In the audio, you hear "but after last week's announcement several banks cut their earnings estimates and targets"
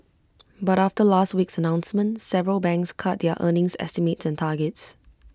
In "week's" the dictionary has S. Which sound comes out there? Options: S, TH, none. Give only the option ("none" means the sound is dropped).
S